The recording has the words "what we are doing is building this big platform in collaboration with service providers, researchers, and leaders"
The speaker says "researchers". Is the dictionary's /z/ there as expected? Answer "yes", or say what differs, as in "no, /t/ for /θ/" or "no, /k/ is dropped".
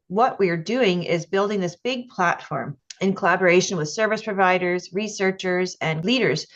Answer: yes